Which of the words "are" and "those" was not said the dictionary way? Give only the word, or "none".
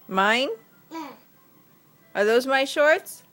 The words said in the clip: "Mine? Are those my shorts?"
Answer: none